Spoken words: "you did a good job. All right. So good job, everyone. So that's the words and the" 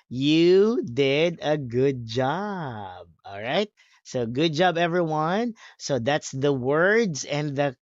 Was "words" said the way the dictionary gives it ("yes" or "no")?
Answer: yes